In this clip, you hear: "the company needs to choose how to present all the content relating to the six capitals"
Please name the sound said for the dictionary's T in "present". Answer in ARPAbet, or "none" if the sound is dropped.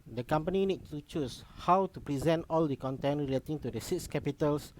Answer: T